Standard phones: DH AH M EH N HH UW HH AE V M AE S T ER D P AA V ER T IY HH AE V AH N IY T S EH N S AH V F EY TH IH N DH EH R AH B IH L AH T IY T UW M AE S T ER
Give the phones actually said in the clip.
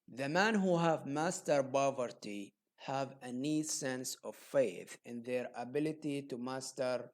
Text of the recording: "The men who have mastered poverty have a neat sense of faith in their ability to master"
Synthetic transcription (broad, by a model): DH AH M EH N HH UW HH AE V M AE S T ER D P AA V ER T IY HH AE V AH N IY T S EH N S AH V F EY TH IH N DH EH R AH B IH L AH T IY T UW M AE S T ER